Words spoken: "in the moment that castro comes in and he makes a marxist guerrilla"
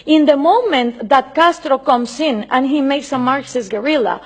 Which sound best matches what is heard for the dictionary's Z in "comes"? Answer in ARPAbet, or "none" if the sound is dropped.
S